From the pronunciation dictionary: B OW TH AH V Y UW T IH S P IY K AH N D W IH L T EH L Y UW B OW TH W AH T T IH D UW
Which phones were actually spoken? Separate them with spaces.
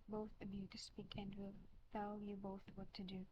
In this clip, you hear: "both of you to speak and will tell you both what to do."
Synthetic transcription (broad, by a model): B OW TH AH B Y UW T IH S P IY K AH N D W IH L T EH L Y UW B OW TH W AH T T IH D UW